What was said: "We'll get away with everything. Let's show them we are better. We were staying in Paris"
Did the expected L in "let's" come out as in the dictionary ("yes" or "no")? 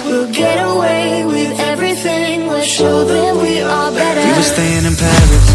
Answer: no